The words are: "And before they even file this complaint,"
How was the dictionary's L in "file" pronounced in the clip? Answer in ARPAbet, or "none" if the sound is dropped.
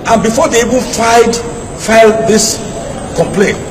L